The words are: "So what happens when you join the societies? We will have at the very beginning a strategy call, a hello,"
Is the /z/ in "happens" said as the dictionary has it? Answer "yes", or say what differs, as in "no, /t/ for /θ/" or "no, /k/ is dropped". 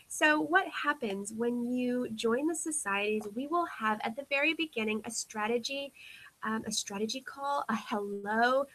yes